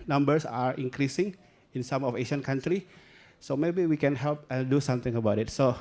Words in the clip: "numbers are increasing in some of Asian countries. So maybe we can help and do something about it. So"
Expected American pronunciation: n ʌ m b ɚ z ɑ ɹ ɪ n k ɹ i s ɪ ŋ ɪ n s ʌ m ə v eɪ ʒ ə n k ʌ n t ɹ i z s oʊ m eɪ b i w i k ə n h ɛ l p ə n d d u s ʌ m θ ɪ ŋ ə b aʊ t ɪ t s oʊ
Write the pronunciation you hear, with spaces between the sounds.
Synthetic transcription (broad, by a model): n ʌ m b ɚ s ɑ ɹ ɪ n k ɹ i s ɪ ŋ ɪ n s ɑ m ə f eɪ ʃ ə n k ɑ n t ɹ i s oʊ m eɪ b i w i k ə n h ɛ l p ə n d d u s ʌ m t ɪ ŋ ə b aʊ t ɪ t s oʊ